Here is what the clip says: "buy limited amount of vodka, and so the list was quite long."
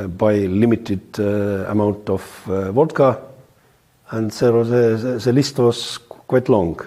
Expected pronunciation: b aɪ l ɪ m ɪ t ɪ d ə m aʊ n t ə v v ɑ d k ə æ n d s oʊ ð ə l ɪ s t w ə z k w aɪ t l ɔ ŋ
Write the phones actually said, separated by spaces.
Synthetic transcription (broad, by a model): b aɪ l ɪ m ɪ t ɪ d ə m aʊ n t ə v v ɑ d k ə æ n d s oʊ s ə l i s t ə s k w aɪ t l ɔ ŋ